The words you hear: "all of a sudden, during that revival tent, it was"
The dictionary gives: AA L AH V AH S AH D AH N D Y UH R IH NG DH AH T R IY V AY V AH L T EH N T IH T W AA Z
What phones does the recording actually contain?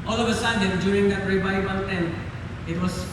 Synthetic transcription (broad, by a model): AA L AH V AH S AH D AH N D Y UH R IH NG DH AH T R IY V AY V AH N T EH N IH T W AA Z